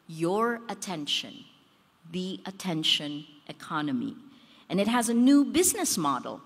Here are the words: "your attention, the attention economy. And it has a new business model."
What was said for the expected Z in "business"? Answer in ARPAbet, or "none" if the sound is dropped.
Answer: Z